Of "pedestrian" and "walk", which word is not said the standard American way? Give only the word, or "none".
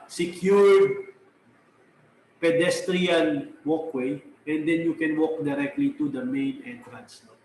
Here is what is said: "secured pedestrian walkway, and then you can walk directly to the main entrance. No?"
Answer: none